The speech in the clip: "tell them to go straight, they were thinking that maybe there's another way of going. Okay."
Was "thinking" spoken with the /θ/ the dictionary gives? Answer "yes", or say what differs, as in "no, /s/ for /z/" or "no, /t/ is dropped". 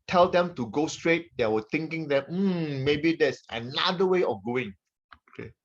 no, /t/ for /θ/